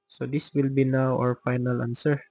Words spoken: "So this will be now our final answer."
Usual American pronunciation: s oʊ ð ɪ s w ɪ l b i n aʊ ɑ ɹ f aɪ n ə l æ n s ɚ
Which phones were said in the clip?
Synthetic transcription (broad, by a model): s oʊ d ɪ s w ɪ l b i n aʊ ɑ ɹ f aɪ n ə l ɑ n s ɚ